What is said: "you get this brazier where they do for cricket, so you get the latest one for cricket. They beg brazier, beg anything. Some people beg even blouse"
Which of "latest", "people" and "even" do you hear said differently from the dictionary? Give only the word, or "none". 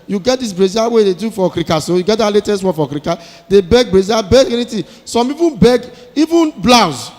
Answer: people